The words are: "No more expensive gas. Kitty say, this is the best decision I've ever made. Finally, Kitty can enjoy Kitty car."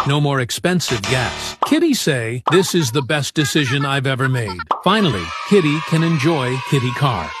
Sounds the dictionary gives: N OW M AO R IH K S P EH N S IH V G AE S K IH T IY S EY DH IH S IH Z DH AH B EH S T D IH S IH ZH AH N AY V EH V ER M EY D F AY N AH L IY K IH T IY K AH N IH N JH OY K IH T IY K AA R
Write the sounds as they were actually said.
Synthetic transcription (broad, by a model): N OW M AO R IH K S P EH N S IH V G AE S K IH T IY S EY DH IH S IH Z DH AH B EH S D IH S IH ZH AH N AY V EH V ER M EY D F AY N L IY K IH T IY K AH N IH N JH OY K IH T IY K AA R